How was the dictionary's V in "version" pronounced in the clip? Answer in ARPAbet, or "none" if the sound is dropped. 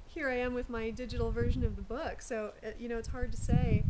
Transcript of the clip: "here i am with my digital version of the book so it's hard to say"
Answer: V